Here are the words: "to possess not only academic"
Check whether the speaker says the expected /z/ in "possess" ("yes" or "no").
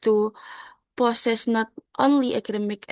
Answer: no